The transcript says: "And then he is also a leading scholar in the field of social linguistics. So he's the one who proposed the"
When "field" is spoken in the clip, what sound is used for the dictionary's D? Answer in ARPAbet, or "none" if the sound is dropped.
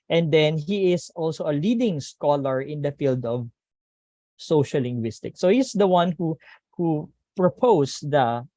D